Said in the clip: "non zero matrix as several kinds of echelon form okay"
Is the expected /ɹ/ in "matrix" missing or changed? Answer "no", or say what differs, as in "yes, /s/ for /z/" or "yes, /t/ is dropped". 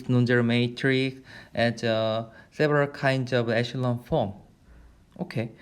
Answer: no